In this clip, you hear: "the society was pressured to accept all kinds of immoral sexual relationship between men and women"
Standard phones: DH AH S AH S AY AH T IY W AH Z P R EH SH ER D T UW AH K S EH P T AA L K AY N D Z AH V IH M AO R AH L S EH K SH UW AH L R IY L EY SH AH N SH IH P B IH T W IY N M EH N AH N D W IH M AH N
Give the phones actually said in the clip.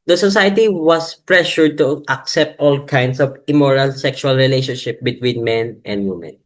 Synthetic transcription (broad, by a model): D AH S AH S AY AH T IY W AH S P R EH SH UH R T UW AH K S EH P T AA L K AY N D S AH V IH M AO R AH L S EH K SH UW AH L R IY L EY SH AH N SH IH P B IH T W IY N M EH N AH N D W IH M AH N